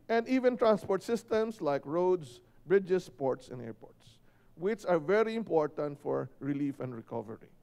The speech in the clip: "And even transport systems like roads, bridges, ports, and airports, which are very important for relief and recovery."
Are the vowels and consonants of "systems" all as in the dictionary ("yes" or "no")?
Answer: no